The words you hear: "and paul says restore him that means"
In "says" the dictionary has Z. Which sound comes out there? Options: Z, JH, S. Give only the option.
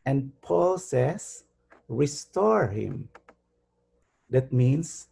S